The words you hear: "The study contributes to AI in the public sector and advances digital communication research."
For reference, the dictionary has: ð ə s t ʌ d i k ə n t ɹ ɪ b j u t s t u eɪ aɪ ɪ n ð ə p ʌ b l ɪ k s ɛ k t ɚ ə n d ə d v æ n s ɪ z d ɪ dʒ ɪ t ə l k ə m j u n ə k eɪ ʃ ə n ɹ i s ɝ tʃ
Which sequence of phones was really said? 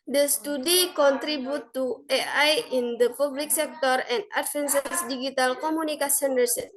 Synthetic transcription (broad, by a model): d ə s t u d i k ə n t ɹ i b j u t t u eɪ aɪ ɪ n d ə p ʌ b l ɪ k s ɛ k t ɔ ə n d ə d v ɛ n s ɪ s d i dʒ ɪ t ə l k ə m u n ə k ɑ s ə n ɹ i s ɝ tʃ